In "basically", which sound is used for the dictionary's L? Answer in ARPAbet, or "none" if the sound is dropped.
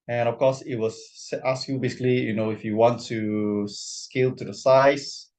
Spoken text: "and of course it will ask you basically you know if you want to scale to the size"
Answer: L